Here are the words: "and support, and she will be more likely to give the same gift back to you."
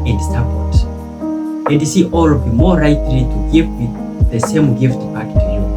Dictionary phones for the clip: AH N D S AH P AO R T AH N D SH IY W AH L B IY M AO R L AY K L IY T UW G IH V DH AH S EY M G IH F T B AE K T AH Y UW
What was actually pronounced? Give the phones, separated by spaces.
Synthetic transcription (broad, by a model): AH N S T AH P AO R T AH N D S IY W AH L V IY M AO R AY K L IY T UW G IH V DH AH S EY M G IH F T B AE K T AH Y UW